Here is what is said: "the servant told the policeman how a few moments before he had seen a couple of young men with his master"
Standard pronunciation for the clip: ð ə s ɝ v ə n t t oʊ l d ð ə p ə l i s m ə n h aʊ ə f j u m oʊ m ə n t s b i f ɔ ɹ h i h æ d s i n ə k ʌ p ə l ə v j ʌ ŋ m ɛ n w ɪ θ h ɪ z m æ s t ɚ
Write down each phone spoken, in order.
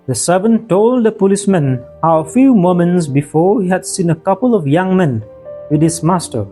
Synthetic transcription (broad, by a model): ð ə s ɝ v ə n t t oʊ l d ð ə p ə l i s m ə n h aʊ ə f j u m oʊ m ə n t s b i f ɔ ɹ h i h æ d s i n ə k ʌ p ə l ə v j ʌ ŋ m ɛ n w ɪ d h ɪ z m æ s t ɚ